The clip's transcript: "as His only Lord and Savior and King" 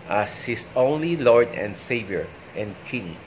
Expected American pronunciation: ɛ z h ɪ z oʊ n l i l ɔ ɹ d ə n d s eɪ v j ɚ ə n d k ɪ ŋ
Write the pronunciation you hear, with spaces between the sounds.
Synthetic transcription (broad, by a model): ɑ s h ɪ s oʊ n l i l ɔ ɹ d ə n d s eɪ v j ɚ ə n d k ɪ ŋ